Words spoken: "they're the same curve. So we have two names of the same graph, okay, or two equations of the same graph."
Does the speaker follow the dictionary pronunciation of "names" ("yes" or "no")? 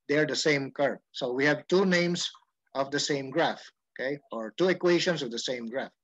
no